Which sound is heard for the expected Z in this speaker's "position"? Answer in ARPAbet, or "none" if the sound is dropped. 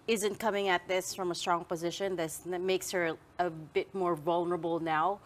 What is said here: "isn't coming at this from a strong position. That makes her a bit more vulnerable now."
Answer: Z